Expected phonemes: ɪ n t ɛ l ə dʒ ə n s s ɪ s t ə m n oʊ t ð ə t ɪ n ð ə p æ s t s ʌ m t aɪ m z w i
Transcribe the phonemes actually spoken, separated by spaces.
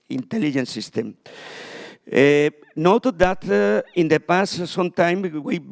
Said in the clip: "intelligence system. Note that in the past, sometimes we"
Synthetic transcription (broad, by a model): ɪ n t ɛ l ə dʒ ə n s s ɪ s t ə m n oʊ t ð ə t ɪ n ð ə p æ s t s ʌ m t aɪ m w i